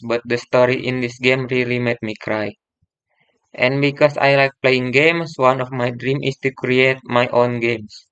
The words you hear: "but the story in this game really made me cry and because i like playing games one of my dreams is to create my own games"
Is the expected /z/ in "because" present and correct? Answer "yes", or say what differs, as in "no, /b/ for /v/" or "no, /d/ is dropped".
no, /s/ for /z/